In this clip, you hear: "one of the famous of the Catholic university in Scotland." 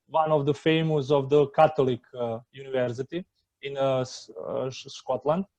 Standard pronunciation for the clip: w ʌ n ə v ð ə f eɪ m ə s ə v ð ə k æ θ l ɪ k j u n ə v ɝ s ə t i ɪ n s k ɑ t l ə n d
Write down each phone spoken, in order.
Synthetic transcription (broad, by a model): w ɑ n ə v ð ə f eɪ m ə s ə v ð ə k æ t l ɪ k j u n ə v ɝ s ə t i ɪ n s k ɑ t l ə n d